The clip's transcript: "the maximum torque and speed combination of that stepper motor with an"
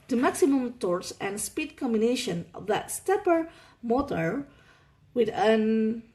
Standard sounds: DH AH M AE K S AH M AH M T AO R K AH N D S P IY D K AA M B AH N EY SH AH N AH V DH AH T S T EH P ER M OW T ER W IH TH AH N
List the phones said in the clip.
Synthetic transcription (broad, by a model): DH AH M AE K S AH M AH M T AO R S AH N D S P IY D K AA M B AH N EY SH AH N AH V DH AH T S T EH P ER M OW T ER W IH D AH N